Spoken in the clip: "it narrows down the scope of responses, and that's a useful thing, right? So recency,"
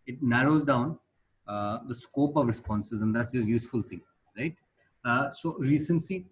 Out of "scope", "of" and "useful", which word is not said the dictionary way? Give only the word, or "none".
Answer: none